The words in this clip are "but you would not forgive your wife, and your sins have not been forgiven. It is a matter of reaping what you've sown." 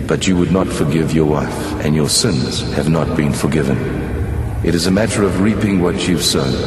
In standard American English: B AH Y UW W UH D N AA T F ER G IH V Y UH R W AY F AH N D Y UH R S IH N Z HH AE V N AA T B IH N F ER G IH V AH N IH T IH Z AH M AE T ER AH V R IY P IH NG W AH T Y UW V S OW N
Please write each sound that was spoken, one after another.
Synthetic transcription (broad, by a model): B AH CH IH W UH D N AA T F ER G IH V Y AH R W AY F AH N Y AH R S IH N Z HH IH V N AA T B IH N F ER G IH V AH N IH T IH Z AH M AE T ER AH V R IY P IH NG W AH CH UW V S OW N